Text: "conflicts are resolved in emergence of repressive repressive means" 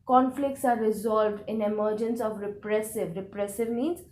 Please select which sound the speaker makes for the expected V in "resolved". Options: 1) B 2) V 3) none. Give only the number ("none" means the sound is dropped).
2